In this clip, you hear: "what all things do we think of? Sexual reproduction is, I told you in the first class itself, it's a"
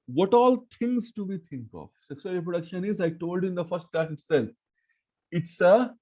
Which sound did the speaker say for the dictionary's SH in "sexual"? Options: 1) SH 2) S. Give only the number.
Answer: 2